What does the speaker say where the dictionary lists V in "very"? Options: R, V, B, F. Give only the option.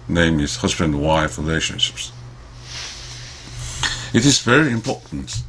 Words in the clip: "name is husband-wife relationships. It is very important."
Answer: V